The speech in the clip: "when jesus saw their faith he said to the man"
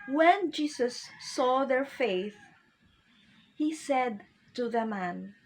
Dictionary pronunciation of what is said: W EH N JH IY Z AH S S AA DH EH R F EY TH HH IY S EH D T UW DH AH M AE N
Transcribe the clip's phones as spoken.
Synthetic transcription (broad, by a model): W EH N JH IY S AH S S AA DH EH R F EY TH HH IY S EH D T UW DH AH M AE N